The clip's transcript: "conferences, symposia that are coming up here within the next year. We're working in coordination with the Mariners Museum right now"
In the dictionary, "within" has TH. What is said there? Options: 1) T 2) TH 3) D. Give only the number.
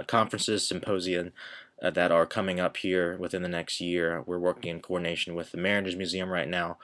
2